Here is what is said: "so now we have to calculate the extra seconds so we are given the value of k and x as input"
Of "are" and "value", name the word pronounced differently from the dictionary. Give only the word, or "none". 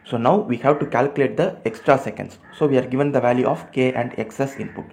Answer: none